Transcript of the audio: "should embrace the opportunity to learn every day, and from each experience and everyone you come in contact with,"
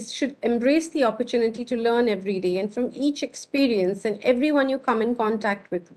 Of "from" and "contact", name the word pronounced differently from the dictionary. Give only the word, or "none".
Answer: none